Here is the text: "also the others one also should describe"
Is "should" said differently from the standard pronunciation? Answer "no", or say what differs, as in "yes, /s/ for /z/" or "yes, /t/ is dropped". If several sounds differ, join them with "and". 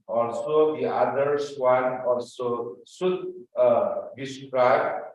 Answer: yes, /s/ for /ʃ/